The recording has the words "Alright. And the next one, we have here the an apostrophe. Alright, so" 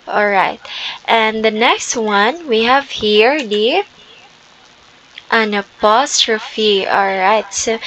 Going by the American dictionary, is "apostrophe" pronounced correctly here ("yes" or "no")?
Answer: yes